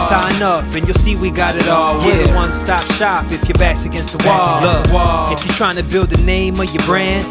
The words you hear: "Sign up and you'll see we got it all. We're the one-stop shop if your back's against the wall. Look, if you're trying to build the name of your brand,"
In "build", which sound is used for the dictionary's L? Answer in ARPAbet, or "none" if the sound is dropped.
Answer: L